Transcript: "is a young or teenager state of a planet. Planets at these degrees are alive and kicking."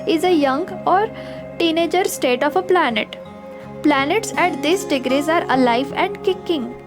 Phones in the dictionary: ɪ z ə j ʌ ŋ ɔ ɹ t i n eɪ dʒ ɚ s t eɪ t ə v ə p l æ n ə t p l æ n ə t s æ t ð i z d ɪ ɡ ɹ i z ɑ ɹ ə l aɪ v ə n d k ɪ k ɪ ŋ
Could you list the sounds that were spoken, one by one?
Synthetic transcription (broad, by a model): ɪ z ə j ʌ ŋ ɔ ɹ t i n eɪ dʒ ɚ s t eɪ t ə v ə p l æ n ə t p l æ n ə t s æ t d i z d ɪ ɡ ɹ i z ɑ ɹ ə l aɪ v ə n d k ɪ k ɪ ŋ